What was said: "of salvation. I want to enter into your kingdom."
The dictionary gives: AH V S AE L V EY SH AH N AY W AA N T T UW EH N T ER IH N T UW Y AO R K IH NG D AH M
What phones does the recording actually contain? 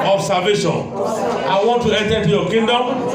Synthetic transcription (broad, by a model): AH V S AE V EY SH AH N AY W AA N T T UW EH N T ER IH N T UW Y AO K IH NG D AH M